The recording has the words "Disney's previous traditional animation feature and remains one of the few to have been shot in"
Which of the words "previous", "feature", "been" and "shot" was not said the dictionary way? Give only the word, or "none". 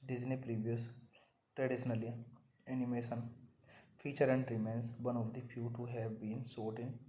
shot